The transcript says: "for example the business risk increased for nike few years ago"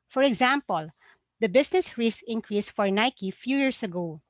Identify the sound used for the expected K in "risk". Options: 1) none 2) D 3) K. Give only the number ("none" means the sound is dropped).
1